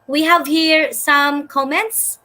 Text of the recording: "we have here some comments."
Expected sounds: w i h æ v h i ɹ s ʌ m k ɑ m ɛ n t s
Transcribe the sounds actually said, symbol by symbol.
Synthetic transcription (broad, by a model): w i h æ v h i ɹ s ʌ m k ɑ m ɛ n t s